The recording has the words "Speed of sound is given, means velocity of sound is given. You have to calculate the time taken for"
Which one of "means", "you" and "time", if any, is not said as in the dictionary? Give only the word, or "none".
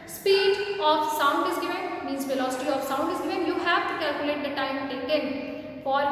means